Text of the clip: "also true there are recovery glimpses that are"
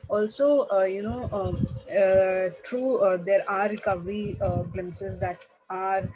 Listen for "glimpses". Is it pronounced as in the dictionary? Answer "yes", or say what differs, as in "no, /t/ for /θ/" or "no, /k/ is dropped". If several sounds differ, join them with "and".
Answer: no, /p/ is dropped